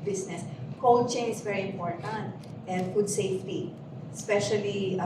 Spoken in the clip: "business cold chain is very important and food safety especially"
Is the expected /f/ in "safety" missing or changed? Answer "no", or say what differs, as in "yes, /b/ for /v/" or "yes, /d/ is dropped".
no